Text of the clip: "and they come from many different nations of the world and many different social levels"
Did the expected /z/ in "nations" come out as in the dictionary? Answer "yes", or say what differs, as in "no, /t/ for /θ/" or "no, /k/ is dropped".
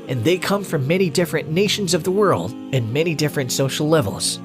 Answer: yes